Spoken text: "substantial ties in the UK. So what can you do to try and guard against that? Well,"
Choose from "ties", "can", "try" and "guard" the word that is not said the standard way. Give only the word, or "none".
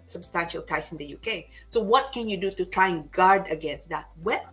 ties